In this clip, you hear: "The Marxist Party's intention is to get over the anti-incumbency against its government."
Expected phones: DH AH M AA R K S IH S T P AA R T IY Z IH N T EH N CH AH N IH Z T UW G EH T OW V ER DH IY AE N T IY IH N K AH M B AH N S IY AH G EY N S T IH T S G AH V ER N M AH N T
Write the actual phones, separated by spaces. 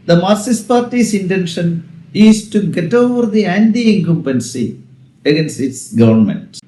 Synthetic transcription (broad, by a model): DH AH M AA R S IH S P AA R T IY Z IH N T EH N SH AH N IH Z T UW G EH T OW V ER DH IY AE N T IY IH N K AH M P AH N S IY AH G EY N S T IH T S G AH V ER N M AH N T